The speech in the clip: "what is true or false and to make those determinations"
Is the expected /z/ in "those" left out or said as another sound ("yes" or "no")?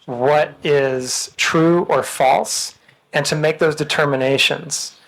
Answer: no